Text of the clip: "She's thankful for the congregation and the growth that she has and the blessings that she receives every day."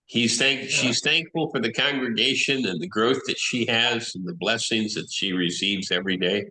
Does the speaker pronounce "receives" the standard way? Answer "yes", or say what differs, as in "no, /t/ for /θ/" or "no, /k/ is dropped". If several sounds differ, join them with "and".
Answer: yes